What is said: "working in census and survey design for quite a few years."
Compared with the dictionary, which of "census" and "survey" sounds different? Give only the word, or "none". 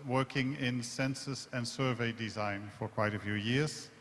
none